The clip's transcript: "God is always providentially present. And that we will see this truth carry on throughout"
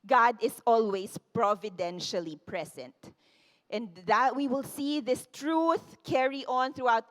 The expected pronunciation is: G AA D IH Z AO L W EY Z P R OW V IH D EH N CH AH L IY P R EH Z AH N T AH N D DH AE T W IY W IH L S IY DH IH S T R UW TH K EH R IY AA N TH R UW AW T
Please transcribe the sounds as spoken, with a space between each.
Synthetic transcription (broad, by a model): G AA D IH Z AO L W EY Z P R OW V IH D EH N SH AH L IY P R EH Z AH N T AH N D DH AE T W IY W IH L S IY DH IH S T R UW TH K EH R IY AA N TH R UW AW T